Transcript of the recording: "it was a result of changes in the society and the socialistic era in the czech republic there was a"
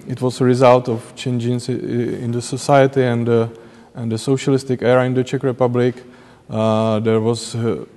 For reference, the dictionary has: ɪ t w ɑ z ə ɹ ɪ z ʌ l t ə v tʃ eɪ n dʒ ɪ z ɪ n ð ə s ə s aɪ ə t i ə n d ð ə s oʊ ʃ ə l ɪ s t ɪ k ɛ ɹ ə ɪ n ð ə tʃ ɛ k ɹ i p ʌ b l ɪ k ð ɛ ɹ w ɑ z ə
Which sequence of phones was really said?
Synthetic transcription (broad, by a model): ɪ t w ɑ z ə ɹ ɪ z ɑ l t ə f tʃ eɪ n dʒ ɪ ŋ ɪ n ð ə s ə s aɪ ə t i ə n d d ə s oʊ ʃ ə l ɪ s t ɪ k ɛ ɹ ə ɪ n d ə tʃ ɛ k ɹ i p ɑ b l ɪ k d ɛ ɹ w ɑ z